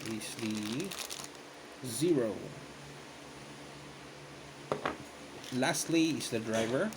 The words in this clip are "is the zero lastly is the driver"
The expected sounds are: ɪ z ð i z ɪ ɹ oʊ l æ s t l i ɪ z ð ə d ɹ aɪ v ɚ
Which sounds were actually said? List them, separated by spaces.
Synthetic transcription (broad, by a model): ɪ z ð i z ɪ ɹ oʊ l æ s t l i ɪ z ð ə d ɹ aɪ v ɚ